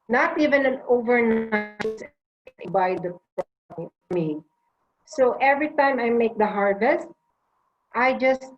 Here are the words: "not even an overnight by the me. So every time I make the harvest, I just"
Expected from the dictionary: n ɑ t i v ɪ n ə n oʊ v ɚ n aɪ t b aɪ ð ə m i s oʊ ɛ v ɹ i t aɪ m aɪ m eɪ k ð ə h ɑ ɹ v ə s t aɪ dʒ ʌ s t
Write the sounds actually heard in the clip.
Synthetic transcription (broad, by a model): n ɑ t i v ɪ n ə n oʊ v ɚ n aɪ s b aɪ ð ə m i s oʊ ɛ v ɹ i t aɪ m aɪ m eɪ k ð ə h ɑ ɹ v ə s t aɪ dʒ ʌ s t